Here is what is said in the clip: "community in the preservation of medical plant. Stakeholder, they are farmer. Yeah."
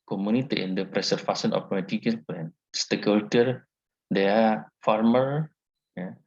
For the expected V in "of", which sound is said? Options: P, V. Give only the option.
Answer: P